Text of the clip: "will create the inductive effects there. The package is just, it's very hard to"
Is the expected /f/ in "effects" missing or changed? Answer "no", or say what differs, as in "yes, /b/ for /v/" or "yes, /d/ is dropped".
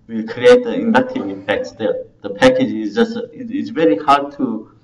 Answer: yes, /p/ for /f/